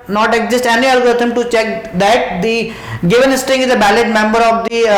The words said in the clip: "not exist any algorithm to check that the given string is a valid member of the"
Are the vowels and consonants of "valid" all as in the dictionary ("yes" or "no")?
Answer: no